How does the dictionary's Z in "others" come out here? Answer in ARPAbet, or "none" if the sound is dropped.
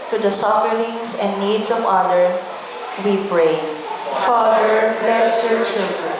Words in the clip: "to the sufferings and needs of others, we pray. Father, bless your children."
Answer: none